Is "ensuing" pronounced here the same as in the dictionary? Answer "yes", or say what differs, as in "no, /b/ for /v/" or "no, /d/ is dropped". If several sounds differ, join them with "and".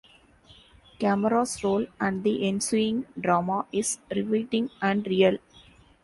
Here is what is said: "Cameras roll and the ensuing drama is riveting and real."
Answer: yes